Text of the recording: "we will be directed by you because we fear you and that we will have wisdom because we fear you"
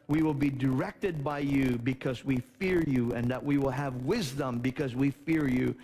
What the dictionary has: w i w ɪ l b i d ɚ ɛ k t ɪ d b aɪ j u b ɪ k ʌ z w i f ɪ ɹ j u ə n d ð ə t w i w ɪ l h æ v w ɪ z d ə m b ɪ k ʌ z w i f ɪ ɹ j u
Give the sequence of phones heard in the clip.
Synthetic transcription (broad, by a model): w i w ɪ l b i d ɚ ɛ k t ɪ d b aɪ j u b ɪ k ʌ z w i f ɪ ɹ j u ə n ð ə t w i w ɪ l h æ v w ɪ z d ə m b ɪ k ʌ z w i f ɪ ɹ j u